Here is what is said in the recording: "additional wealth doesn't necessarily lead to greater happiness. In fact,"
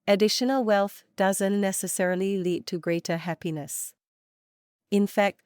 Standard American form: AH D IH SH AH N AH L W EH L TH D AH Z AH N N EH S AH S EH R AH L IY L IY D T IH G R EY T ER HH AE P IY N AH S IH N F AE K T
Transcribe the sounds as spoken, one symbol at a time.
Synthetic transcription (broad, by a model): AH D IH SH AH N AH L W EH L TH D AH Z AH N N EH S AH S EH R AH L IY L IY D T IH G R EY T ER HH AE P IY N AH S IH N F AE K T